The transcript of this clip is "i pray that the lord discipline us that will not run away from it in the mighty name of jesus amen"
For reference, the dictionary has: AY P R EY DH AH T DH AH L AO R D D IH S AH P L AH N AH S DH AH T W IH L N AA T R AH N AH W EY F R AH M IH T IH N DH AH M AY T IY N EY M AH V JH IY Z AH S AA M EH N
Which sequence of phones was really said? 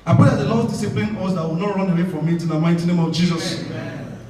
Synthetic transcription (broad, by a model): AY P EY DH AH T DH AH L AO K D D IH S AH P L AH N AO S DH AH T W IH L N AA T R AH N AH W EY F R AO M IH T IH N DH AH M AY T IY N EY M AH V JH IY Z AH S